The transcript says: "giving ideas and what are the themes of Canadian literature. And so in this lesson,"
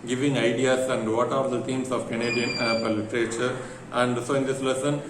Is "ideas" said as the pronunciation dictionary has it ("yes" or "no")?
no